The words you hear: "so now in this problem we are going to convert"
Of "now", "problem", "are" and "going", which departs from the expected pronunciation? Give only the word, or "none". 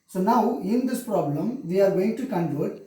none